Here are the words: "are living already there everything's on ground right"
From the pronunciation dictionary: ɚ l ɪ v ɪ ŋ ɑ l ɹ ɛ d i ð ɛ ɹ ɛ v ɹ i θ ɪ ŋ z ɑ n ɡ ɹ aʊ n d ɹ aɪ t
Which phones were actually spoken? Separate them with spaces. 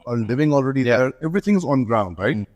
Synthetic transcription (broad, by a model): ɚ l ɪ v ɪ ŋ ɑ l ɹ ɛ d i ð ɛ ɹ ɛ v ɹ i θ ɪ ŋ z n ɡ ɹ aʊ n d ɹ aɪ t